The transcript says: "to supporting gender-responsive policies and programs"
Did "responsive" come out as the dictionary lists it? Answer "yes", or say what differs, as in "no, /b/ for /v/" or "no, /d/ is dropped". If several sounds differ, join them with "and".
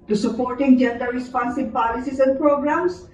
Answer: no, /b/ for /v/